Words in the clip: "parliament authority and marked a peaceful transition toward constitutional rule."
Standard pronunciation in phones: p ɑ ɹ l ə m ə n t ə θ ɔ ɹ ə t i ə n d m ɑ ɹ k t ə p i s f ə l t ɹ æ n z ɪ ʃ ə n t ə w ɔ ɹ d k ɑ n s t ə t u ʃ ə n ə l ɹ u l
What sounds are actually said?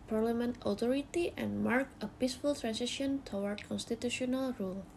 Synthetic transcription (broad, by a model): p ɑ ɹ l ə m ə n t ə t ɔ ɹ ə t i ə n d m ɑ ɹ k ə p i s f ə l t ɹ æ n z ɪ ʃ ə n t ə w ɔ ɹ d k ɑ n s t ə t u ʃ ə n ə l ɹ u l